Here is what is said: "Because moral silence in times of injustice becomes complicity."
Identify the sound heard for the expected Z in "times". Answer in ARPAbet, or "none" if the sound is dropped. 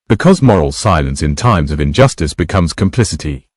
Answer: Z